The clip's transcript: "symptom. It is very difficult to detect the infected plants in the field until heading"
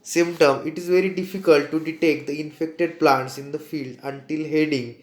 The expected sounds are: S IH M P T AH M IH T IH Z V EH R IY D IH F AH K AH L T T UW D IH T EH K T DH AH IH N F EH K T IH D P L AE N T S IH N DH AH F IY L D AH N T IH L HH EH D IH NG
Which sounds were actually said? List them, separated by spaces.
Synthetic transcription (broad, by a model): S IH M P T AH M IH T IH Z V EH R IY D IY F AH K AH L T T UW D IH T EH K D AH IH N F EH K T IH D P L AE N T S IH N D AH F IY L D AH N T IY L HH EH D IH NG